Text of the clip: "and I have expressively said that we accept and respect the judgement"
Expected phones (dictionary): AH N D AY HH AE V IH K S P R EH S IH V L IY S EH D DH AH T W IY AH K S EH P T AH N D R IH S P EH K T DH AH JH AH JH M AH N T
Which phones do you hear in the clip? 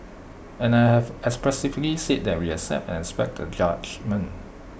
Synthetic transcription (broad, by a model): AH N AY HH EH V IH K S P R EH S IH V L IY S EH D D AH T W IY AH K S EH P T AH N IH S P EH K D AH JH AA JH M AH N